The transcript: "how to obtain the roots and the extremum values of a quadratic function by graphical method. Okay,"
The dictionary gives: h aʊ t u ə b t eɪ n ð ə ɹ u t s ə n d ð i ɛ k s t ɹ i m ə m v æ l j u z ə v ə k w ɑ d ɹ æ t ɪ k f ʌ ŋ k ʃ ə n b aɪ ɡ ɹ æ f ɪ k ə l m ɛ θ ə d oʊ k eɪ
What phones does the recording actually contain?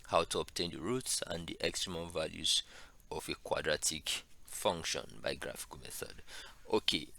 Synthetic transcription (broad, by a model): h aʊ t u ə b t eɪ n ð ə ɹ u t s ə n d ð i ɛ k s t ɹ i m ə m v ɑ l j u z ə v ə k w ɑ d ɹ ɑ t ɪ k f ʌ ŋ k ʃ ə n b aɪ ɡ ɹ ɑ f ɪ k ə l m ɛ θ ə d oʊ k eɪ